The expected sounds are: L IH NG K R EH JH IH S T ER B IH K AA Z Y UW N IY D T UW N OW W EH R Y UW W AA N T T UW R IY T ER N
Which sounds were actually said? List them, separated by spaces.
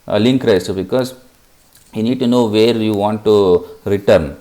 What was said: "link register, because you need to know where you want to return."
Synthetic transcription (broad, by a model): L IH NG K R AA IH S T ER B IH K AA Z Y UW N IY D T UW N OW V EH R Y UW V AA N T T UW R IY T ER N